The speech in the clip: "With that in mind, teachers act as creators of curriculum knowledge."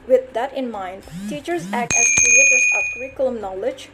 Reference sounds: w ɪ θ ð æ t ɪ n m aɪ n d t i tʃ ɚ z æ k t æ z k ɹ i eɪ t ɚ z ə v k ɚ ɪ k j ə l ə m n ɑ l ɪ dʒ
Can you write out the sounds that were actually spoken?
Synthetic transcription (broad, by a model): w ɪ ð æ t ɪ n m aɪ n d t i tʃ ɚ z æ k t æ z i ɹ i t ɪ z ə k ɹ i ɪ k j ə l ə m n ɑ l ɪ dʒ